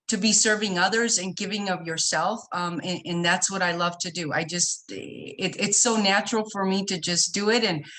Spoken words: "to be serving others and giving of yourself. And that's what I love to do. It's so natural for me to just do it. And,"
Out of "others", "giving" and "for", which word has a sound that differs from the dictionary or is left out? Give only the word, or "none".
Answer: none